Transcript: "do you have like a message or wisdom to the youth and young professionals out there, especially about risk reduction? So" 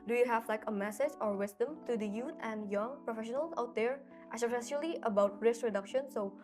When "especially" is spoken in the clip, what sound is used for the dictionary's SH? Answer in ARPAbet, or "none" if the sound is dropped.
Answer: S